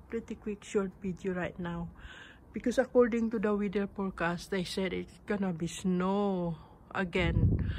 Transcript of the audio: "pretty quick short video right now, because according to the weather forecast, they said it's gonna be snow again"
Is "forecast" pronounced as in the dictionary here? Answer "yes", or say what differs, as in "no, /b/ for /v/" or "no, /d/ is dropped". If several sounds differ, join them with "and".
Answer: no, /p/ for /f/